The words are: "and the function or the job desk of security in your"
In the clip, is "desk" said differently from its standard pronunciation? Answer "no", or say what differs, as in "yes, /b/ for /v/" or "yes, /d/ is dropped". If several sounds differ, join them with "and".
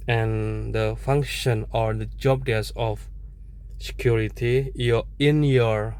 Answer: yes, /k/ is dropped